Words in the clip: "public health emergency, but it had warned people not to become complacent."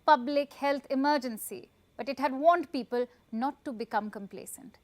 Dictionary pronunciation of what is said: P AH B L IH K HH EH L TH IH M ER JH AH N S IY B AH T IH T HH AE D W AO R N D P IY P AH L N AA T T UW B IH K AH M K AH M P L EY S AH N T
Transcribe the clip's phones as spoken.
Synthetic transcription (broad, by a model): P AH B L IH K HH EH L T IH M ER JH AH N S IY B AH T IH T HH AE D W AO N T P IY P AH L N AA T T UW B IH K AH M K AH M P L EY S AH N T